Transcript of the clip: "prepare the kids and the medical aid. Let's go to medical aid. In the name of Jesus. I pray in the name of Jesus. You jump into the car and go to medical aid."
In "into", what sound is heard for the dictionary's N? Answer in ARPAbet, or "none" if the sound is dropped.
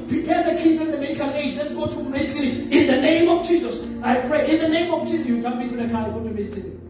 none